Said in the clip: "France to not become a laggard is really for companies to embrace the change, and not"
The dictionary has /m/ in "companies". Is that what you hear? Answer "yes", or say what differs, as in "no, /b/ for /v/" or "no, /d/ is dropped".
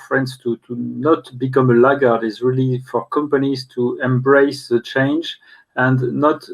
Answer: yes